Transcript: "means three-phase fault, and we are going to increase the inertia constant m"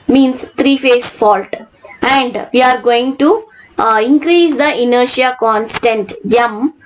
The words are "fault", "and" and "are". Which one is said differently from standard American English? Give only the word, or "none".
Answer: none